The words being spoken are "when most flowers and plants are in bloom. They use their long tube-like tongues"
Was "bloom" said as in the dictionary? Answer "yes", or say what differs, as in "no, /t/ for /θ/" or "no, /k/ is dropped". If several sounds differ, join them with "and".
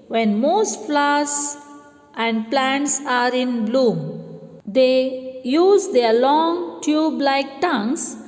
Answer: yes